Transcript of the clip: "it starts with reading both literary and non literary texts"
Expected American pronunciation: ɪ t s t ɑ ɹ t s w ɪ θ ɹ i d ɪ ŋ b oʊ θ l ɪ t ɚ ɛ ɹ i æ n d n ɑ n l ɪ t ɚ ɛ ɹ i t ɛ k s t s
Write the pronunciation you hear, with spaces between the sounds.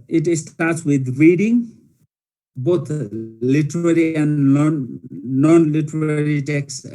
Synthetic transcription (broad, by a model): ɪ t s t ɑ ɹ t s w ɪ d ɹ i d ɪ ŋ b oʊ t l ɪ t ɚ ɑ ɹ i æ n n n ɑ n l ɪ t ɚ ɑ ɹ i t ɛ k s s